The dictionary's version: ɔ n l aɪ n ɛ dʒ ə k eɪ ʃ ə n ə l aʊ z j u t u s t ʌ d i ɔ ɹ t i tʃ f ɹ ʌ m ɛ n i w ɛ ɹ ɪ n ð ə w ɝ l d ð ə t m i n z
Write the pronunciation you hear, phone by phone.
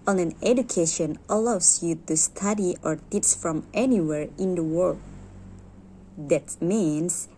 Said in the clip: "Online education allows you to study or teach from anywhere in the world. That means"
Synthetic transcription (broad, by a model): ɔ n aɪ n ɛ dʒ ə k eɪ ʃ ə n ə l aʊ s j u t u s t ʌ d i ɔ ɹ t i s f ɹ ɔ m ɛ n i w ɛ ɹ ɪ n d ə w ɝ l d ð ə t m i n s